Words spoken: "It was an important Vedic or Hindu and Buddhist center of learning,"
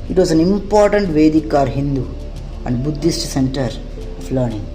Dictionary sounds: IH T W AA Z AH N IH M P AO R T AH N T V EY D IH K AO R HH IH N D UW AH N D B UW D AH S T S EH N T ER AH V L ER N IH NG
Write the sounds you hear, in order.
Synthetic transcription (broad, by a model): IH T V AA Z AH N IH M P AO R T AH N T V EY D IH K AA R HH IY N D UW AH N D B UW D AH S T S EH N T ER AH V L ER N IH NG